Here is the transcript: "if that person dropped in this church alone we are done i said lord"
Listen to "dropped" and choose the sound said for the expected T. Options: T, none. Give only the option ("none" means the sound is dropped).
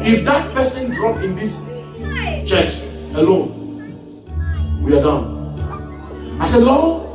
none